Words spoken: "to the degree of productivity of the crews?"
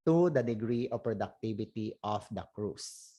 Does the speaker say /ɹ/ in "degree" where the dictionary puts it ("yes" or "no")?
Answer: yes